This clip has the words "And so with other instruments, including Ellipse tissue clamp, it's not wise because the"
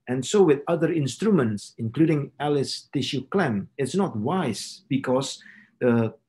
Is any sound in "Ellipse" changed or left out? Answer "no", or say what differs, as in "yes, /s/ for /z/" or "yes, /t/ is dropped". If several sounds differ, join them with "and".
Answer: yes, /p/ is dropped